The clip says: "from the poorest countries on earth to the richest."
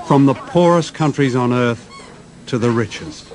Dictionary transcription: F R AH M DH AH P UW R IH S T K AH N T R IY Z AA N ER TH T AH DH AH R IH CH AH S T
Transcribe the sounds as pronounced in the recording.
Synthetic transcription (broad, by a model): F R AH M DH AH P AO R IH S K AH N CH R IY Z N ER TH T AH DH AH R IH CH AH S